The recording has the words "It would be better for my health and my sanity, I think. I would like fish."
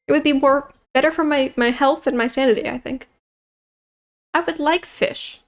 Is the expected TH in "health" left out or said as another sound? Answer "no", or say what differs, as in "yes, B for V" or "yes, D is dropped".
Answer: no